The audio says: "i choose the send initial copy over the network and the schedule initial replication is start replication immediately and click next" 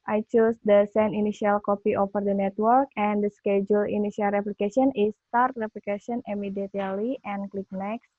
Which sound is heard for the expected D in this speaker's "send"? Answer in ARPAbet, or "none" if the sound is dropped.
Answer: none